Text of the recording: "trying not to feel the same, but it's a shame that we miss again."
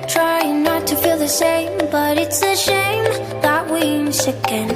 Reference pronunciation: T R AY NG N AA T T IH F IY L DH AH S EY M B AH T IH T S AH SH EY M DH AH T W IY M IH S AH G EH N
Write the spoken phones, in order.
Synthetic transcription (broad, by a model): T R AY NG N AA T T IH F IY L DH AH SH EY M B AH T IH T S AH SH EY M DH AH T W IY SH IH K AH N